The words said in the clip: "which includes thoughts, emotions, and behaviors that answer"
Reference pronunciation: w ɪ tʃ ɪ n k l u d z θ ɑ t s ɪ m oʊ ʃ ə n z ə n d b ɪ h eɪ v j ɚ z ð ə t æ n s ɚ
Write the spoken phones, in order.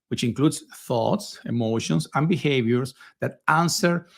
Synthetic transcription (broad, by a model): w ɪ tʃ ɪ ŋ k l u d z θ ɑ t s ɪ m oʊ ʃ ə n s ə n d b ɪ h eɪ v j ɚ s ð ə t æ n s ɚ